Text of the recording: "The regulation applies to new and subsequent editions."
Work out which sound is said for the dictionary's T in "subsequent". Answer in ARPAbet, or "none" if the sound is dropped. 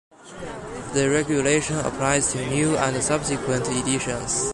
T